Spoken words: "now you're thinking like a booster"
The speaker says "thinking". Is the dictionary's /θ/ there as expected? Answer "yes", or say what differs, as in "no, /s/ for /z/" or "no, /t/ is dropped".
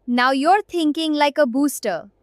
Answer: no, /t/ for /θ/